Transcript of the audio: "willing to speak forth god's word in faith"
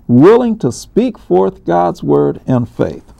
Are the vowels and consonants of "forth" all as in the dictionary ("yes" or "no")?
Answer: yes